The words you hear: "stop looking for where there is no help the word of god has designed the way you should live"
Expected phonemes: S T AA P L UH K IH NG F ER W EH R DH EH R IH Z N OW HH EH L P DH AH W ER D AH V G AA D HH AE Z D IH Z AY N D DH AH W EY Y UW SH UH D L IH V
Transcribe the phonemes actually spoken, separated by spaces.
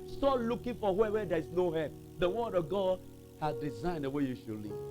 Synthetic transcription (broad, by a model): S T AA L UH K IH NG F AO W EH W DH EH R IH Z N OW HH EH P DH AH W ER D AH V G AA D HH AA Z D IH Z AY N D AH W EY Y UW SH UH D L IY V